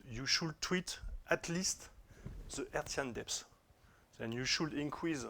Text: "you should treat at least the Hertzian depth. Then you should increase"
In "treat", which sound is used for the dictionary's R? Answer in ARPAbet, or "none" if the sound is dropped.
W